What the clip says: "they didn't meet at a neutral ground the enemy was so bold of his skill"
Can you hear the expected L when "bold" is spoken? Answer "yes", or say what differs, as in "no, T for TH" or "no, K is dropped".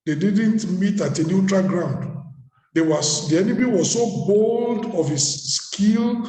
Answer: yes